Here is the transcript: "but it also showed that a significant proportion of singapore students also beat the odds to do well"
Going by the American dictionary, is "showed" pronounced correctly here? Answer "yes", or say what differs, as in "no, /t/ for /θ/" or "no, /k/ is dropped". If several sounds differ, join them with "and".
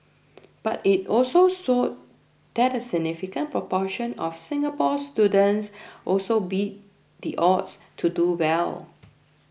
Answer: no, /s/ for /ʃ/